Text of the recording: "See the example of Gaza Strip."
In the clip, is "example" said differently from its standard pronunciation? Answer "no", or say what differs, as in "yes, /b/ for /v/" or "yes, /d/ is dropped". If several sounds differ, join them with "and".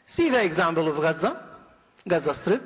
yes, /b/ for /p/